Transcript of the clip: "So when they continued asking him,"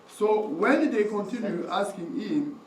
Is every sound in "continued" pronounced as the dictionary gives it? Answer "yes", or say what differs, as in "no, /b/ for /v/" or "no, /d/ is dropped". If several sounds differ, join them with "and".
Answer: no, /d/ is dropped